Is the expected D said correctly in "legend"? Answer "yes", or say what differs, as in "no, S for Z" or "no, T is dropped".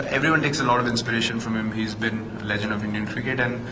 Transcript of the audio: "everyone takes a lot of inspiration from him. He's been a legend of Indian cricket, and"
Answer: yes